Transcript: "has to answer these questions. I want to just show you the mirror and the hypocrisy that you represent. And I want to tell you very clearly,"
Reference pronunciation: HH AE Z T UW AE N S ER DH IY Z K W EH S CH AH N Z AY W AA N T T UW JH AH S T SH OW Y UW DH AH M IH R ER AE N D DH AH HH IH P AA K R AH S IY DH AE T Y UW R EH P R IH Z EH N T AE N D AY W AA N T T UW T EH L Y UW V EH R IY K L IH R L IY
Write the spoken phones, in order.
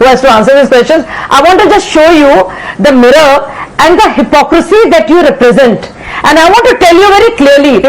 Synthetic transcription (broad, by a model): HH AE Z T UW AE N S ER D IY S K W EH S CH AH N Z AY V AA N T T UW JH AH S T SH OW Y UW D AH M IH R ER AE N D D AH HH IH P AA K R AH S IY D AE T Y UW R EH P R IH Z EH N T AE N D AY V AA N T T UW T EH L Y UW V EH R IY K L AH R L IY